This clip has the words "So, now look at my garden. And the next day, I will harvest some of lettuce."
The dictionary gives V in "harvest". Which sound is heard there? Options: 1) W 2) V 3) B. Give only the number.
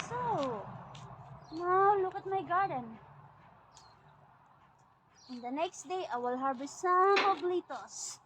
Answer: 3